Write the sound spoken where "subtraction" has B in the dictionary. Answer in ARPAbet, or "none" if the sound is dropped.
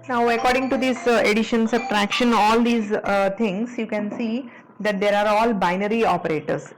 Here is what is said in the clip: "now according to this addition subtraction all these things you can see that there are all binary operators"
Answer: none